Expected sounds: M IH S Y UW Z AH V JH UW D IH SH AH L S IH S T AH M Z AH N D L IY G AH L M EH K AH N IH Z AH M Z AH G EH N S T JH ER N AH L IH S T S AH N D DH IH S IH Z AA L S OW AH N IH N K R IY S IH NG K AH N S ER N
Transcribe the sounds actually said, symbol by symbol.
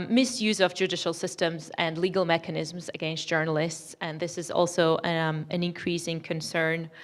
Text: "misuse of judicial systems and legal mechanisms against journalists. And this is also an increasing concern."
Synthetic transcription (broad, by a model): M IH S Y UW Z AH V JH UW D IH SH AH L S IH S T AH M Z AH N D L IY G AH L M EH K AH N IH Z M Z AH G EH N S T JH ER N AH L IH S T S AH N DH IH S IH Z AA L S OW AH N IH N K R IY S IH NG K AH N S ER N